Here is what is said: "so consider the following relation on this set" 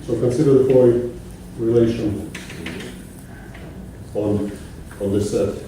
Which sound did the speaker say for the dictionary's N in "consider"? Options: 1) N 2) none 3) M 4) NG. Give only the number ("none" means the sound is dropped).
1